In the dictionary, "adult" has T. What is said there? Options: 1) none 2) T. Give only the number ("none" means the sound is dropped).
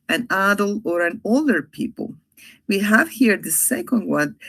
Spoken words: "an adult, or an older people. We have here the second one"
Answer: 1